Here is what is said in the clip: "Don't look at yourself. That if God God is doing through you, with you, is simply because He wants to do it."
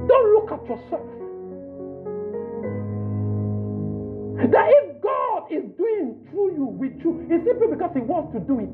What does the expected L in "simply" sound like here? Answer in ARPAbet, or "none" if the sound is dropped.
none